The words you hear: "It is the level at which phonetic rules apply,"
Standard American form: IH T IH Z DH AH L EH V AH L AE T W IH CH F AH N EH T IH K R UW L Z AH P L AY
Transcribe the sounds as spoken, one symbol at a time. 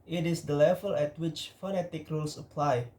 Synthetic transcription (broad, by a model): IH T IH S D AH L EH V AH L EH T W IH CH F AH N EH T IH K R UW L S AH P L AY